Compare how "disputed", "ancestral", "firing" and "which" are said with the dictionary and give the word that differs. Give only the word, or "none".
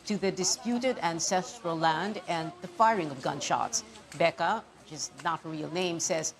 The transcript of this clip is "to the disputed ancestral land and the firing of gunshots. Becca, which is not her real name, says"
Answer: none